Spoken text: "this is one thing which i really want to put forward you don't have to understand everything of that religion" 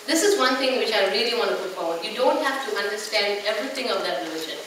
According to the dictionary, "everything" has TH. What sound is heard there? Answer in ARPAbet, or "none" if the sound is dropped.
T